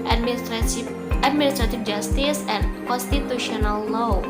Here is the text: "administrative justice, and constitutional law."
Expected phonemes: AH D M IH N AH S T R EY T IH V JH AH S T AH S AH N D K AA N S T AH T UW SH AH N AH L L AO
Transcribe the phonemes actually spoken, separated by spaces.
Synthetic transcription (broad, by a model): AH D M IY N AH S T R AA T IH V JH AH S T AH S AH N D K AA N S T AH T UW SH AH N AH L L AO